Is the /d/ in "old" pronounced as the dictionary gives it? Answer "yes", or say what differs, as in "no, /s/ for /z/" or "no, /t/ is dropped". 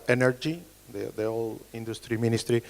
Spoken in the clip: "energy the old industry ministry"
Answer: no, /d/ is dropped